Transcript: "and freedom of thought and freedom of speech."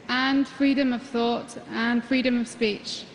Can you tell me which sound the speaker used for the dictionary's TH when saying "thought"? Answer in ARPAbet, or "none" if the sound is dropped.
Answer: TH